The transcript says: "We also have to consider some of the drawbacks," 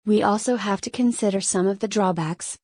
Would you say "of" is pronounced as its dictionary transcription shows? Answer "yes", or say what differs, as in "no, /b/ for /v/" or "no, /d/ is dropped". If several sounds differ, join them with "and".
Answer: yes